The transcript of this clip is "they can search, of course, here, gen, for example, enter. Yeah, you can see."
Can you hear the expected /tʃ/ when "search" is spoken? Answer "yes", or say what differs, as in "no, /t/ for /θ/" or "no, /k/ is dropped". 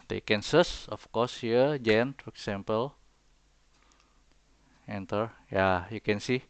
no, /s/ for /tʃ/